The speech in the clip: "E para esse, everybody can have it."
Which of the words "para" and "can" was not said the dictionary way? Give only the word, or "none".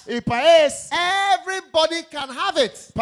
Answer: para